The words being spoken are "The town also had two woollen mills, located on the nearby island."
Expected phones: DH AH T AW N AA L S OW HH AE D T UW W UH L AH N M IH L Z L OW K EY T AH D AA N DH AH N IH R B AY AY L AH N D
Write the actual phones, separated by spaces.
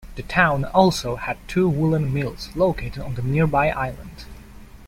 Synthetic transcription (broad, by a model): DH AH T AW N AA L S OW HH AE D T UW W UH L AH N M IH L Z L OW K EY T AH D N DH AH N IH R B AY AY L AH N D